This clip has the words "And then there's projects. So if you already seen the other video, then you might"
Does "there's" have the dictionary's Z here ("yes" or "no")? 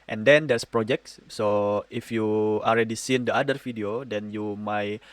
no